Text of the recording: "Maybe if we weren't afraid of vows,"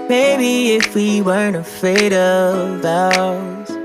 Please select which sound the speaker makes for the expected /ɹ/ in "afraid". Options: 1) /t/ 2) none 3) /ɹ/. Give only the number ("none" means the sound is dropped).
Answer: 2